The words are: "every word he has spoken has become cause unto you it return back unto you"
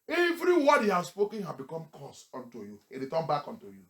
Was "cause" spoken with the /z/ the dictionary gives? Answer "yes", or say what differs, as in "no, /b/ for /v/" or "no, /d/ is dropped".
no, /s/ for /z/